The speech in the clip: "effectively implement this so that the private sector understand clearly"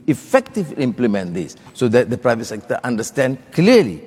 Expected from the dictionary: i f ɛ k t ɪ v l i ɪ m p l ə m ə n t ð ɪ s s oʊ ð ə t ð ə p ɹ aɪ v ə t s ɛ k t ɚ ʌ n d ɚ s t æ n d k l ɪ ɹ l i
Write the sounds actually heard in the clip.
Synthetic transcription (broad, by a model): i f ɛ k t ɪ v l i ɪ m p l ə m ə n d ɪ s s oʊ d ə t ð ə p ɹ aɪ v ə t s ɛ k t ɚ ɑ n d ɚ s t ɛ n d k l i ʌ l i